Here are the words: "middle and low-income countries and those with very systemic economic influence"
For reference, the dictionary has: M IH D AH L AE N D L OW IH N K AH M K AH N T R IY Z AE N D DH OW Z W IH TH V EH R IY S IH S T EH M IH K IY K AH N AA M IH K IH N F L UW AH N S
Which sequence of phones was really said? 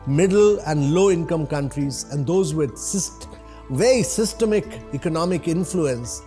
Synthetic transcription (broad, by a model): M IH D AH L AE N D L OW IH N K AH M K AH N T R IY Z AE N D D OW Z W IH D V EH R IY S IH S T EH M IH K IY K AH N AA M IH K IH N F L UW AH N S